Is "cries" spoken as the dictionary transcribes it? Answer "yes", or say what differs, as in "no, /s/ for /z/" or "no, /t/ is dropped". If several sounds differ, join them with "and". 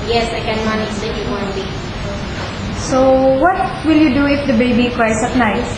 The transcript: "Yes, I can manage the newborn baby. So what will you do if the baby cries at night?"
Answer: no, /s/ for /z/